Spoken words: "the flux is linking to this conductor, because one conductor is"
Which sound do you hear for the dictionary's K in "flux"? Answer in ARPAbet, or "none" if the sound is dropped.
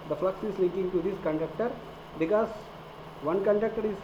K